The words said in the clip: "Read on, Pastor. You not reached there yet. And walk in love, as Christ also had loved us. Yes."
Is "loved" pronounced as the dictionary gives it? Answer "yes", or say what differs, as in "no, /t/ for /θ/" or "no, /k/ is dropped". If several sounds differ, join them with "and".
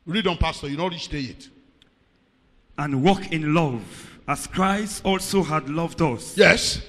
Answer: yes